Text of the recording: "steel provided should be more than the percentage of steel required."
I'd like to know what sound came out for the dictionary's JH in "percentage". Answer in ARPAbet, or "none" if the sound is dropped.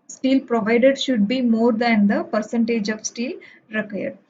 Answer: JH